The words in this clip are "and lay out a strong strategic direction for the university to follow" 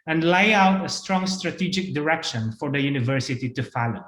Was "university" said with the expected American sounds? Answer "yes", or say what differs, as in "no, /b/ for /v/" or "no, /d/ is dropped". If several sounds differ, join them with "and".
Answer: yes